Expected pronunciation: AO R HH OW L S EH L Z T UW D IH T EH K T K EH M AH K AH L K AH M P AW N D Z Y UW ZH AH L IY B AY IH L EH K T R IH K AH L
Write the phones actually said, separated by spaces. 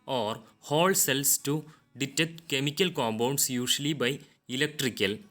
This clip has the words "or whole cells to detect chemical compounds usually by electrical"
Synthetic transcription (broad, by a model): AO R HH OW L S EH L S T UW D IH T EH K T K EH M AH K AH L K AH M B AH N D S Y UW SH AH L IY B AY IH L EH K T R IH K AH L